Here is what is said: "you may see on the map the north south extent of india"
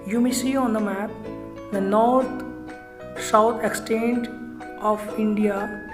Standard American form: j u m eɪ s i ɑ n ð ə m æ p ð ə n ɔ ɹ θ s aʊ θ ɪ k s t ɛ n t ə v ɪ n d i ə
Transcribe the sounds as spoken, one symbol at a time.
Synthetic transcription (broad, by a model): j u m eɪ s i ɑ n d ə m æ p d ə n ɔ ɹ t s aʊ t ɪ k s t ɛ n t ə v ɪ n d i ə